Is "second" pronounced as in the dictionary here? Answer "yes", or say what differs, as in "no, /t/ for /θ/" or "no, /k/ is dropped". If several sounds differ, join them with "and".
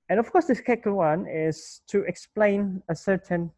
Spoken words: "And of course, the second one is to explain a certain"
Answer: no, /l/ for /n/